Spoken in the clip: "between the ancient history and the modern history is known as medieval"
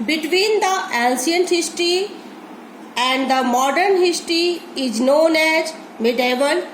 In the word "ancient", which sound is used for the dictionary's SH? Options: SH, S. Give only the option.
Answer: S